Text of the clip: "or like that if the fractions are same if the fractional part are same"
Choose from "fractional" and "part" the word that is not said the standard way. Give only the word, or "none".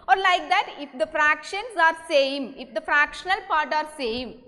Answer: none